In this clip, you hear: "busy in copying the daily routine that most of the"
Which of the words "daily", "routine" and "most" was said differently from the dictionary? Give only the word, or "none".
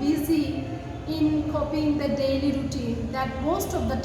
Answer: none